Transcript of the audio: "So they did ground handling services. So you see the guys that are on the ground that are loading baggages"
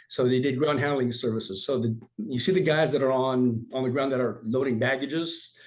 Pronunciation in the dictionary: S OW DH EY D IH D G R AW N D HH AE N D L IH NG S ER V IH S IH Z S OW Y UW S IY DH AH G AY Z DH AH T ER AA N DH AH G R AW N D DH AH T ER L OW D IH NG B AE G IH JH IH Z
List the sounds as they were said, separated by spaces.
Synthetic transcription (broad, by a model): S OW DH EY D IH D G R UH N HH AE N L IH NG S ER V IH S IH Z S OW Y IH S IY DH AH G AY Z DH AH T ER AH N DH AH G R AW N DH AH T ER L OW D IH NG B AE G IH JH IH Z